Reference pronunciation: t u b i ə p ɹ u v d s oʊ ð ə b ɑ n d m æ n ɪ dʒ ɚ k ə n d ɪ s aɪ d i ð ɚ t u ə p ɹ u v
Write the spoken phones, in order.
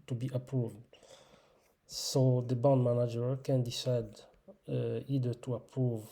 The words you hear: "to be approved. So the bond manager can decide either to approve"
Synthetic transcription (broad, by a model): t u b i ə p ɹ u v d s oʊ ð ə b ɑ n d m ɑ n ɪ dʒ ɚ k ə n d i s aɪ d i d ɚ t u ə p ɹ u v